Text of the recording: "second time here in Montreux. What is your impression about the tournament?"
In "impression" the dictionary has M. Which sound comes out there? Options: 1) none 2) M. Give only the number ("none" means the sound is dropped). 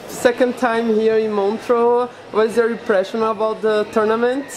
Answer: 1